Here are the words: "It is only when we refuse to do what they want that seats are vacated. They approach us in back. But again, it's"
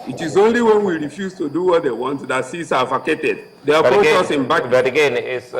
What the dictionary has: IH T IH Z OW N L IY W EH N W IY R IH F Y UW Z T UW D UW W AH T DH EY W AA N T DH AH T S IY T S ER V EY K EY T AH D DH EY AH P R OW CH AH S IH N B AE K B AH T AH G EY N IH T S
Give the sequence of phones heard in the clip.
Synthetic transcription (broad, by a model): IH T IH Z OW N L IY W EH N W IY R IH F Y UW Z T UW D UW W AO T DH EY W AA N T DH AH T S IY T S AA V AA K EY T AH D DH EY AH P OW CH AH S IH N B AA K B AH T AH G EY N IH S